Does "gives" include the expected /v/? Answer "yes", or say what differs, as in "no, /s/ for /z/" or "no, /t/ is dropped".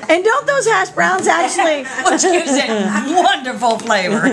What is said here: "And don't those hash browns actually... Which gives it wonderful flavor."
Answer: no, /v/ is dropped